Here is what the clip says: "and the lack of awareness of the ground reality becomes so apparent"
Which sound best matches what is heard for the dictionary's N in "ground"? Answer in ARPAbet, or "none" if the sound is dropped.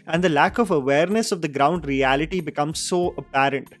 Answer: N